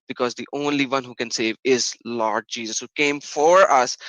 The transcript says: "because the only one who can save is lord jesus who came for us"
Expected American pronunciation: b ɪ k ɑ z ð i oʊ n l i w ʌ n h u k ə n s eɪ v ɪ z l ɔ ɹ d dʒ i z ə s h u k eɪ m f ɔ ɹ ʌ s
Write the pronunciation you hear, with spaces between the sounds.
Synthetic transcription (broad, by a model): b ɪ k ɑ z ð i oʊ n l i w ʌ n h u k ə n s eɪ v ɪ z l ɔ ɹ d dʒ i z ə s h u k eɪ m f ɔ ɹ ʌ s